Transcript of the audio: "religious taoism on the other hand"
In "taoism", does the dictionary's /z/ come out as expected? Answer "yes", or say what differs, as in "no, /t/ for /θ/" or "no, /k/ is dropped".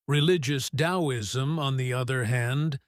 yes